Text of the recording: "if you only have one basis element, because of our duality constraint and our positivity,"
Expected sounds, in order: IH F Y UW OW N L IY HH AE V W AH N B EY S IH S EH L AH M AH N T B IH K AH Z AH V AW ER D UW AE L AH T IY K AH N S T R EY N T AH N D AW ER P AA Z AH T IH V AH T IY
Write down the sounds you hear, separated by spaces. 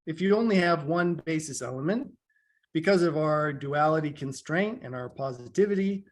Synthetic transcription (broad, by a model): IH F Y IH OW N L IY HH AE V W AH N B EY S IH S EH L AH M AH N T B IH K AH Z AH V AW ER D UW AE L AH T IY K AH N S T R EY N T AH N AW ER P AA Z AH T IH V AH T IY